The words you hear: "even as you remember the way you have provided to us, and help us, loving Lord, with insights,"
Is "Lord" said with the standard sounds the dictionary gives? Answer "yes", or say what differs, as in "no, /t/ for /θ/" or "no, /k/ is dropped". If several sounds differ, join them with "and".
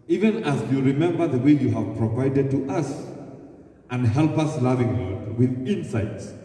no, /w/ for /l/